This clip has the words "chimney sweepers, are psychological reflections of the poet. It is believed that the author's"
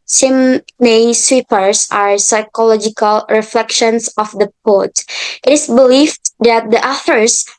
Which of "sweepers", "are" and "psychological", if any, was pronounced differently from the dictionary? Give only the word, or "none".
sweepers